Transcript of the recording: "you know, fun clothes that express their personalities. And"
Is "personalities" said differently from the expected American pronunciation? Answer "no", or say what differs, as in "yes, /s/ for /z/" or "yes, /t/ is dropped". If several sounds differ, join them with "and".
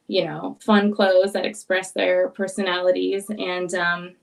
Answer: no